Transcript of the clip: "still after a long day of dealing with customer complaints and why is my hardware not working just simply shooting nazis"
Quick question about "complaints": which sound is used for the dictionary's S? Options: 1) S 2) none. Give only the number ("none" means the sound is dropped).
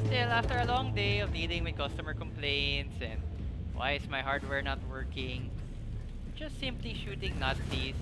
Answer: 1